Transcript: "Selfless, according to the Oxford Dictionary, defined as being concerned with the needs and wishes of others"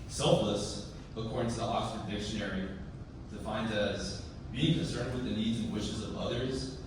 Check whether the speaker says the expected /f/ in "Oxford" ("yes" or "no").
no